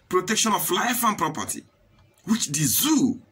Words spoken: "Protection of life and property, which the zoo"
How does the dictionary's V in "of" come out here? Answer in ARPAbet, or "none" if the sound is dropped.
F